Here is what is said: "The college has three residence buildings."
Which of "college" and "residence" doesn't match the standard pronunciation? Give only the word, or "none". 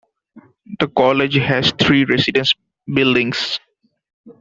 residence